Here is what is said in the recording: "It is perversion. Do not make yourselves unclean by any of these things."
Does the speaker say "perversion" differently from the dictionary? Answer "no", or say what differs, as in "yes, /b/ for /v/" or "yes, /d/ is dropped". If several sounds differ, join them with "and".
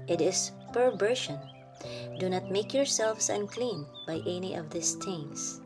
yes, /ʃ/ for /ʒ/